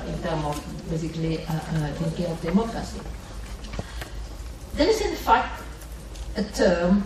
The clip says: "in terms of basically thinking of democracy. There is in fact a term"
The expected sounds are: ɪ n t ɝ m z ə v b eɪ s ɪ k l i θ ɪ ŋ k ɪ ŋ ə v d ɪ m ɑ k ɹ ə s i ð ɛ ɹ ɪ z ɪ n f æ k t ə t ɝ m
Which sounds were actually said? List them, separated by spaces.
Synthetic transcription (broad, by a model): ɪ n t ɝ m ə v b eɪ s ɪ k l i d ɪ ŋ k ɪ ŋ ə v d ɪ m ɑ k ɹ ə s i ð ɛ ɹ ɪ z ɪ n f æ k t ə t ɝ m